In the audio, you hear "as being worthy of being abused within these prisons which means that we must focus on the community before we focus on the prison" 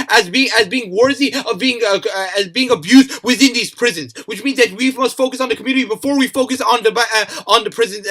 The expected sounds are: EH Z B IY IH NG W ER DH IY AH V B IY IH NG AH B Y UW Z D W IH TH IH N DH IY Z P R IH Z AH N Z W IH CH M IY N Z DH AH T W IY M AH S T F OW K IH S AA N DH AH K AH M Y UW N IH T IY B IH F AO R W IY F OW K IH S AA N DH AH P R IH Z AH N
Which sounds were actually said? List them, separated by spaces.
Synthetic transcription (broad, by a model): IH Z B IY IH NG W ER DH IY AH V B IY IH NG AH B Y UW Z D W IH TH IH N DH IY Z P R IH Z AH N Z W IH CH M IY N Z DH AH T W IY M AH S T F OW K IH S N DH AH K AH M Y UW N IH T IY B IH F AO R W IY F OW K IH S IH N DH AH P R IH Z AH N